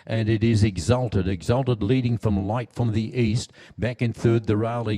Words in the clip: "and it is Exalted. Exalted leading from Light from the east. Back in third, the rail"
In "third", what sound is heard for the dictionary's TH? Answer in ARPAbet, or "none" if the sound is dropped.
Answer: TH